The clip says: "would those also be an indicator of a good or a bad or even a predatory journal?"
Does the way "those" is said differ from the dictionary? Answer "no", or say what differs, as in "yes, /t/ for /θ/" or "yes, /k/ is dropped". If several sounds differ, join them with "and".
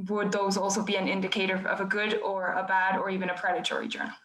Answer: no